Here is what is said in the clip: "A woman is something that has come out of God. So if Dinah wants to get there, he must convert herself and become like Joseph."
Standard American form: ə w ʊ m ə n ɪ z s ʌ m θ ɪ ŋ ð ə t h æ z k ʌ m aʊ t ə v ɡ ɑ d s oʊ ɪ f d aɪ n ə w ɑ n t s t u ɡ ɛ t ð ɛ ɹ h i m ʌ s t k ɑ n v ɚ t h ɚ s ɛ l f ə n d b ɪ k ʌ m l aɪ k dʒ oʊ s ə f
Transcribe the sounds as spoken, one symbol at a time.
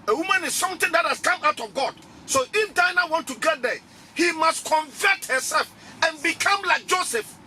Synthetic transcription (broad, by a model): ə w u m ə n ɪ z s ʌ m t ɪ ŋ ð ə t h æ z k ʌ m aʊ t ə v ɡ ɑ d s oʊ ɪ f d aɪ n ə w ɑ n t t u ɡ ɛ t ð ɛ h i m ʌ s t k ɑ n v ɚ t h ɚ s ɛ l f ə n b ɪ k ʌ m l aɪ k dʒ oʊ s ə f